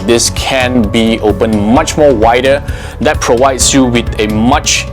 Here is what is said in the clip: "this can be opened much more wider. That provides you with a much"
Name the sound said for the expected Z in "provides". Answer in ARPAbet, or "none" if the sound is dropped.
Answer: S